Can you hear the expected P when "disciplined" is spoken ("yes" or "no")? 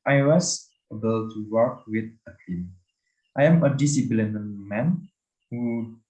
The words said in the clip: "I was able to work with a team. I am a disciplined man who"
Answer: no